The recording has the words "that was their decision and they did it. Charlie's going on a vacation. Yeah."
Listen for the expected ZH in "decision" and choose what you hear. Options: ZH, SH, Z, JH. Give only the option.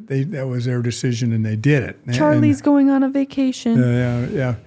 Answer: ZH